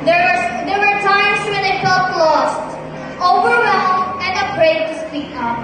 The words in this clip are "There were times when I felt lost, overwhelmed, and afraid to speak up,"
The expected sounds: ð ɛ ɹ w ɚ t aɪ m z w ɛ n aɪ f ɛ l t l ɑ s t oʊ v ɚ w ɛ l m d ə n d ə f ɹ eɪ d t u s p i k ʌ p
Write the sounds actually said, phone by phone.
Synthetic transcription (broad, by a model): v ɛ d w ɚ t aɪ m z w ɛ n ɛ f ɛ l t l ɑ s t oʊ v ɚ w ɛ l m ə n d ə p ɹ eɪ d t u s p i k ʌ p